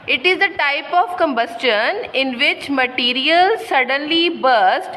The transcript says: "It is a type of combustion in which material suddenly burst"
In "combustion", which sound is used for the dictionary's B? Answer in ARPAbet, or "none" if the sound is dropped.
B